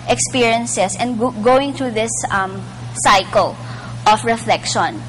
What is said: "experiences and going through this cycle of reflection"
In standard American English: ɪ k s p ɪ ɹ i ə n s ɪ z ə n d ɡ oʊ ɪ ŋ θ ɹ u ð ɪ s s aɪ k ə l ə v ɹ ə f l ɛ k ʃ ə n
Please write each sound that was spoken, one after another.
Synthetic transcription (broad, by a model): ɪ k s p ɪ ɹ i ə n s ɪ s ə n d ɡ oʊ ɪ ŋ t ɹ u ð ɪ s s aɪ k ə l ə f ɹ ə f l ɛ k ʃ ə n